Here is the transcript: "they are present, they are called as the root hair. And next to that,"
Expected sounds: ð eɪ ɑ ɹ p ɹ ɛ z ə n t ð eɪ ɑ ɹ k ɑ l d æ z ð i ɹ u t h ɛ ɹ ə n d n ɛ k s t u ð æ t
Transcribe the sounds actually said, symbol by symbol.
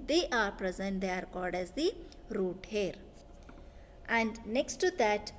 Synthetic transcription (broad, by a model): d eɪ ɑ ɹ p ɹ ɛ z ə n t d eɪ ɹ k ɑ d d æ z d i ɹ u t h ɛ ɹ ə n d n ɛ k s t u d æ t